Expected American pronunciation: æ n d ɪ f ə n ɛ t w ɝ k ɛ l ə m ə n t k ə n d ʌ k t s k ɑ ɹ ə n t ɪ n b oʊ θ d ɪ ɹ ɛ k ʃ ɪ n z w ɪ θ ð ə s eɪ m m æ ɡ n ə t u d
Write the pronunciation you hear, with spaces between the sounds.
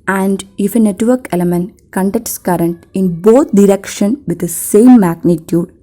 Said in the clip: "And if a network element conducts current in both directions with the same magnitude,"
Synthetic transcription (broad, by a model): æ n d ɪ f ə n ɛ t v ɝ k ɛ l ə m ə n t k ə n d ʌ k t s k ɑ ɹ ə n t ɪ n b oʊ t d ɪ ɹ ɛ k ʃ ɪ n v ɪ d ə s eɪ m m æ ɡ n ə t u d